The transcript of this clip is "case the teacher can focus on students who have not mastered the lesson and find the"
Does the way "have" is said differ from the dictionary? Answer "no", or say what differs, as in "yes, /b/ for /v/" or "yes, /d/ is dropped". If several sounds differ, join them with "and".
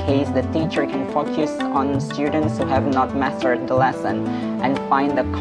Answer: no